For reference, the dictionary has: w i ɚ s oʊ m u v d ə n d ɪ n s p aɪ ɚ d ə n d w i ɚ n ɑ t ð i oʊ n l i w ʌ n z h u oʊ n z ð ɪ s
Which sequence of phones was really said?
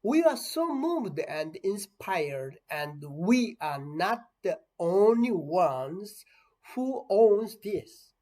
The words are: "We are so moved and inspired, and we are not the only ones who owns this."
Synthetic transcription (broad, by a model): w i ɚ s oʊ m u v d ə n d ɪ n s p aɪ ɚ d ə n d w i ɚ n ɑ t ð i oʊ n l i w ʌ n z h u oʊ n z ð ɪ s